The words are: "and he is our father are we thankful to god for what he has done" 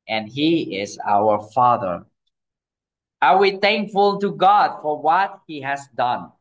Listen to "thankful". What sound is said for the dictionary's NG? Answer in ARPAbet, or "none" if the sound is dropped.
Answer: NG